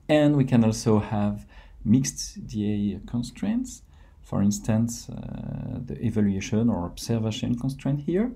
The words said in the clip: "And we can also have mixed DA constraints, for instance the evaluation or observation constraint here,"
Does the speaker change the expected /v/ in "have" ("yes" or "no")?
no